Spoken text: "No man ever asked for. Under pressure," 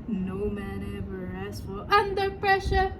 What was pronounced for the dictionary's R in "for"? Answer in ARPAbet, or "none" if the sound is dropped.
L